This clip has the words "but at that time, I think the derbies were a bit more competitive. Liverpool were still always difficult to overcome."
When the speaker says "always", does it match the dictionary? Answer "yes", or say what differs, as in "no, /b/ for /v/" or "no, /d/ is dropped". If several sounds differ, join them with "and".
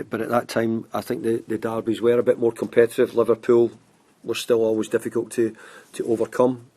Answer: yes